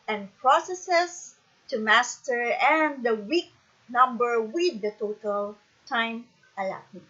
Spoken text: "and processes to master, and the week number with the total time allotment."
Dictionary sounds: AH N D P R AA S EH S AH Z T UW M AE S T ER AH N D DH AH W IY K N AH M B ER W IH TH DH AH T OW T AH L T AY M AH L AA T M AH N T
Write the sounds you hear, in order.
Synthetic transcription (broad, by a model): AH N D P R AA S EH S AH S T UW M AE S T ER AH N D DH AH W IY K N AH M B ER W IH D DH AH T OW T AH L T AY M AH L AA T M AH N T